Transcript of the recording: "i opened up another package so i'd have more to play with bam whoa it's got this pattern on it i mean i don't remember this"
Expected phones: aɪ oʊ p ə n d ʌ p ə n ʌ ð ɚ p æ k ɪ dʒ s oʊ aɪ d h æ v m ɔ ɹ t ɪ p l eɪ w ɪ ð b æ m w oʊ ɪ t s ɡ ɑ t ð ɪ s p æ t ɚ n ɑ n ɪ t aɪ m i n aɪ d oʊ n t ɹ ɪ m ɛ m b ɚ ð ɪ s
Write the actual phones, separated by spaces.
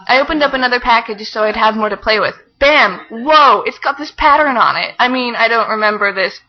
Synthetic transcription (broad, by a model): aɪ oʊ p ə n d ʌ p ə n ʌ ð ɚ p æ k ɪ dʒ s oʊ aɪ d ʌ v m ɔ ɹ t ɪ p l eɪ w ɪ ð b æ m w oʊ ɪ t s ɡ ɑ t ð ɪ s p æ t ɚ n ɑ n ɪ t aɪ m i n aɪ d oʊ n t ɹ ɪ m ɛ m b ɚ ð ɪ s